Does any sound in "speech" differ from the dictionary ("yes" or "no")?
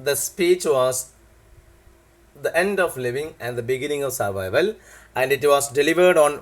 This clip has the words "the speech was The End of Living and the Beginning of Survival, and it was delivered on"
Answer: no